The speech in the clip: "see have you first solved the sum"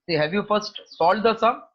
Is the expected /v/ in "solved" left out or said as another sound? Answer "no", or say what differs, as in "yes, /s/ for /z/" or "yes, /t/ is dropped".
yes, /v/ is dropped